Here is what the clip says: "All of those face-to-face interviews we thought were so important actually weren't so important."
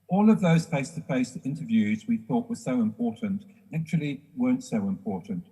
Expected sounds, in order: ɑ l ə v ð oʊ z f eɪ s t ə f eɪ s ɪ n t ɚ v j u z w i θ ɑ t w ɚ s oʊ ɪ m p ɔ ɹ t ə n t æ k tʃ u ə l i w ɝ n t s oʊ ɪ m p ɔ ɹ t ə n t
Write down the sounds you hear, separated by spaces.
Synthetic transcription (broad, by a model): ɑ l ə v ð oʊ z f eɪ s t ə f eɪ s ɪ n t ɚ v j u z w i θ ɑ t w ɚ s oʊ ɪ m p ɔ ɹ t n t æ k tʃ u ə l i w ɝ n t s oʊ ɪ m p ɔ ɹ t n t